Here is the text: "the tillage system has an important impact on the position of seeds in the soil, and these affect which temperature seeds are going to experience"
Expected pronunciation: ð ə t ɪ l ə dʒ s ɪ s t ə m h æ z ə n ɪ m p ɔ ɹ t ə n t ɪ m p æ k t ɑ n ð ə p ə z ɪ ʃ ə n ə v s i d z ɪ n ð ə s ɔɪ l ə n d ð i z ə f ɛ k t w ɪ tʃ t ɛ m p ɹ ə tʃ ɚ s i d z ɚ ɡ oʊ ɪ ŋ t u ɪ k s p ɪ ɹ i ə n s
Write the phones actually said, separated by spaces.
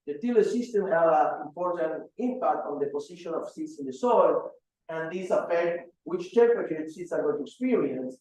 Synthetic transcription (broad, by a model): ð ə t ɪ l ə s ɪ s t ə m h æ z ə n ɪ m p ɔ ɹ t ə n t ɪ m p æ k t ɑ n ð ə p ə s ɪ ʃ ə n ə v s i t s ɪ n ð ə s ɔɪ l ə n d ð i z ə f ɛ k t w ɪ tʃ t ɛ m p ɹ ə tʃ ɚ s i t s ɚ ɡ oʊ t u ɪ k s p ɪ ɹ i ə n s